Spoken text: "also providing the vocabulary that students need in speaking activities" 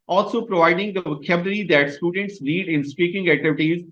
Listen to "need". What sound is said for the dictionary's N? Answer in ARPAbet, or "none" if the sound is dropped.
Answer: L